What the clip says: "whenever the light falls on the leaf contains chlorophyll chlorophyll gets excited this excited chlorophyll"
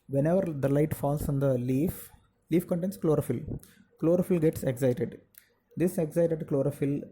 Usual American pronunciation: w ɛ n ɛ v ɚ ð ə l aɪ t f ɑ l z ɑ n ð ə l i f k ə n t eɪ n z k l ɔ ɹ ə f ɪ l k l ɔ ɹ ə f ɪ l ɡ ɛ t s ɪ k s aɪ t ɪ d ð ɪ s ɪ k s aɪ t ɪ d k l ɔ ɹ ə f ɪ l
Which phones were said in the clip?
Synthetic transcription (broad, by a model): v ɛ n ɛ v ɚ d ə l aɪ t f ɑ l s ɑ n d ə l i f k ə n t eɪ n s k l ɔ ɹ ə f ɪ l k l ɔ ɹ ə f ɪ l ɡ ɛ t s ɪ k s aɪ t ɪ d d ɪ s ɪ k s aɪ t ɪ d k l ɔ ɹ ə f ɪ l